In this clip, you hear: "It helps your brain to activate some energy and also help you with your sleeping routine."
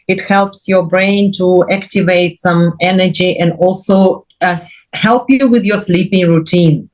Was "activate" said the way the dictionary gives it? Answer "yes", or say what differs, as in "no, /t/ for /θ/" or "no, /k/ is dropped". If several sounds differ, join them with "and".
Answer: yes